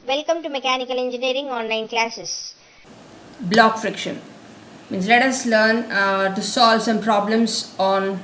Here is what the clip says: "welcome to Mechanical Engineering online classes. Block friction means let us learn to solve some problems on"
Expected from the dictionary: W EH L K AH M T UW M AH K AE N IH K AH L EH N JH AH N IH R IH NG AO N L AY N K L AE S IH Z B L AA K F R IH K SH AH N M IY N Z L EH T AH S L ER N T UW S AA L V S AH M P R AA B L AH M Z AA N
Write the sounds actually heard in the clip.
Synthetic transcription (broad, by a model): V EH L K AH M T UW M AH K AE N IH K AH L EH N JH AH N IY R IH NG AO N AY N K L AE S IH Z B L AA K F R IH K SH AH N M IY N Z L EH T AH S L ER N T UW S AA L V S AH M P R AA B L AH M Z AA N